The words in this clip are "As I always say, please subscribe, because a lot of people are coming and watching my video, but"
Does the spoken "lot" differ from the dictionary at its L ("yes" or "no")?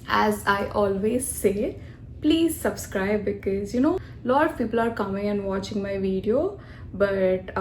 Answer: yes